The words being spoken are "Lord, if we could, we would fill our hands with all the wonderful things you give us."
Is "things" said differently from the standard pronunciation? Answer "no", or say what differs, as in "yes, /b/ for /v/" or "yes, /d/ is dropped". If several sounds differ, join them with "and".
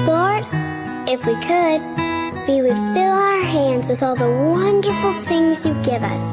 no